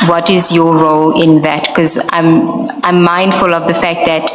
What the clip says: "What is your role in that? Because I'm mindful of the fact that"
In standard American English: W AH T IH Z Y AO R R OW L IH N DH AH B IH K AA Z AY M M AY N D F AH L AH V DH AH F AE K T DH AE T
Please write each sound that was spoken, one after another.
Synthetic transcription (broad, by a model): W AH T IH Z Y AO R R OW L IH N DH AH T K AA Z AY M M AY N D F AH L AH V DH AH F AE K T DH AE T